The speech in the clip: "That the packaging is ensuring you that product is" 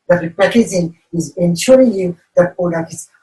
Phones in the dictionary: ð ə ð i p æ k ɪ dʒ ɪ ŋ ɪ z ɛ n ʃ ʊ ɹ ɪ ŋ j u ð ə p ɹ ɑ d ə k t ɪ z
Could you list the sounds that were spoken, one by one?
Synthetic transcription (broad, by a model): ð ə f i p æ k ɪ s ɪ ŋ ɪ z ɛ n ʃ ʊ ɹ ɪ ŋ j u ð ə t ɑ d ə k ɪ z